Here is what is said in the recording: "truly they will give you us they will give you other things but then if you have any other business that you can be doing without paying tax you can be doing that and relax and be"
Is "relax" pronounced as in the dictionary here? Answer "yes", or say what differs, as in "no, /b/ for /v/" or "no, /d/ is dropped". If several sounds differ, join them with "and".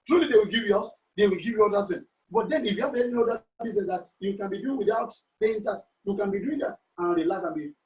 no, /k/ is dropped